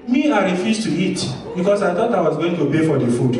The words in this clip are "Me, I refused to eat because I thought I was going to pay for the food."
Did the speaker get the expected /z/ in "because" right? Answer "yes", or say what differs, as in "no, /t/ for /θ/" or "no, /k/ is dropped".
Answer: no, /s/ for /z/